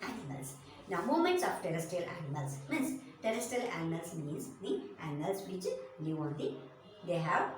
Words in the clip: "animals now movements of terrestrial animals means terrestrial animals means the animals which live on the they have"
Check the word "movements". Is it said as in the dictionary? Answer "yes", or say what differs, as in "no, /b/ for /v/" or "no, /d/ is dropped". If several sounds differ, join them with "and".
no, /v/ is dropped